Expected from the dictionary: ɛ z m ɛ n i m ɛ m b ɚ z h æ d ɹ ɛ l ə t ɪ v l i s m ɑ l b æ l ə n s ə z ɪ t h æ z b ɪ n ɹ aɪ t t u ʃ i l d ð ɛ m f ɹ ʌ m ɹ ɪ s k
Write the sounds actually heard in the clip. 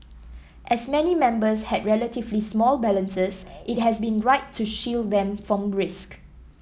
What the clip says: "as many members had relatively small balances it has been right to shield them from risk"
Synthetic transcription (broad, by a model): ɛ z m ɛ n i m ɛ m b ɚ s h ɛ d ɹ ɛ l ə t ɪ v l i s m ɑ l b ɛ l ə n s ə s ɪ t h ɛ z b ɪ n ɹ aɪ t t u ʃ i l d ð ɛ m f ɹ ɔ m ɹ ɪ s k